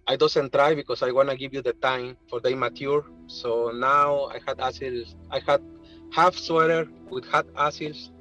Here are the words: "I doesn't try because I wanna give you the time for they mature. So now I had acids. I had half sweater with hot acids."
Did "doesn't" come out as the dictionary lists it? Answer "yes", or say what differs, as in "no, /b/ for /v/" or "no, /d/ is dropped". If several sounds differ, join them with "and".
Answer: no, /s/ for /z/